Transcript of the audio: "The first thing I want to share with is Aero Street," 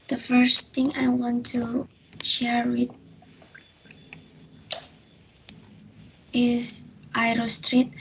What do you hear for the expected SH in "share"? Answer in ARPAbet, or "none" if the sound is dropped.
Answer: SH